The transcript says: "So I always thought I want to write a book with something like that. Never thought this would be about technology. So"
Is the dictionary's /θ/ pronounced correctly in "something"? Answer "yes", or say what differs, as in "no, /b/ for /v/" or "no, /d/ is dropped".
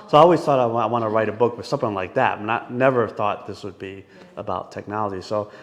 yes